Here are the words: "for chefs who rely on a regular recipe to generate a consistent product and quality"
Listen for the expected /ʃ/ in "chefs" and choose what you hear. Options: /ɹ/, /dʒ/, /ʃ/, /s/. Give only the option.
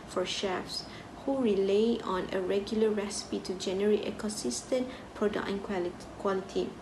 /ʃ/